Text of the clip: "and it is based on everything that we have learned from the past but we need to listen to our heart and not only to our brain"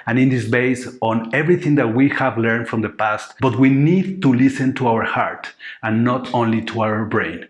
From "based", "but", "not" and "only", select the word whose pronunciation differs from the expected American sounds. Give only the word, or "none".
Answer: based